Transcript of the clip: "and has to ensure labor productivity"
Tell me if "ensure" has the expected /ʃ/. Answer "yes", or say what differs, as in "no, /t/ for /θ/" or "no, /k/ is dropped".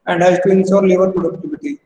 no, /s/ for /ʃ/